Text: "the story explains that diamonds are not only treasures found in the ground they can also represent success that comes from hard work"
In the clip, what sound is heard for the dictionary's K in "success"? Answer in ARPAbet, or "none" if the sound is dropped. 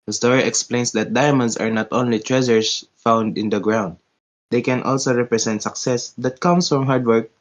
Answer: K